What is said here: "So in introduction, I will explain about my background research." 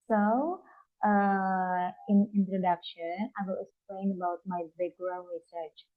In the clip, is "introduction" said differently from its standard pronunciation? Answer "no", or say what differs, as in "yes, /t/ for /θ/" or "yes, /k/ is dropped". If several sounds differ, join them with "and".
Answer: no